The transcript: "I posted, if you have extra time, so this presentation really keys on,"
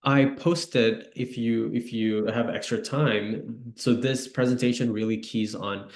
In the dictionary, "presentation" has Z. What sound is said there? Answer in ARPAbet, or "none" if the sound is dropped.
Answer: Z